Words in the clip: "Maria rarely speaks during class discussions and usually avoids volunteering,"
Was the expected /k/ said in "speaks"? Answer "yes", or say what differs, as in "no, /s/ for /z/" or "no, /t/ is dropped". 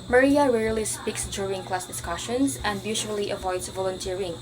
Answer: yes